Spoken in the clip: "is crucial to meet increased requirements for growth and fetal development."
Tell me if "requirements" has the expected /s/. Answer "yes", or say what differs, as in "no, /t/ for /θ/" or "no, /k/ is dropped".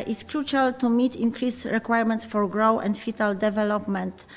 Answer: no, /s/ is dropped